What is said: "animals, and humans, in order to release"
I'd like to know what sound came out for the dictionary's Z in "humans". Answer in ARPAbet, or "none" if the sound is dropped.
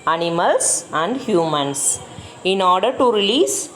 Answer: S